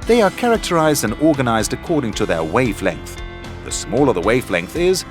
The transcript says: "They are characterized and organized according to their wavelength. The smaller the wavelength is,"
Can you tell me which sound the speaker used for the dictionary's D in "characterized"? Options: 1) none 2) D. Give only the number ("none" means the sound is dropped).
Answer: 2